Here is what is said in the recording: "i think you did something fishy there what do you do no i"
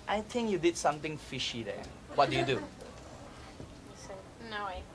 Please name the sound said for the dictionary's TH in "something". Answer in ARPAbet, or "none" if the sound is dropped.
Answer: T